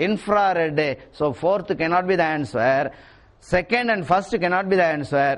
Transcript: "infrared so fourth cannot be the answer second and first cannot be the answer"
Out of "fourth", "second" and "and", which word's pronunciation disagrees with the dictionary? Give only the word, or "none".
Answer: fourth